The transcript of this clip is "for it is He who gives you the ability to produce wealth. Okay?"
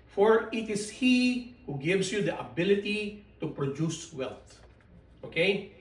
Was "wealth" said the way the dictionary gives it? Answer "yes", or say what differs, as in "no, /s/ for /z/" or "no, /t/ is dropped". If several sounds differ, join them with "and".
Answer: no, /t/ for /θ/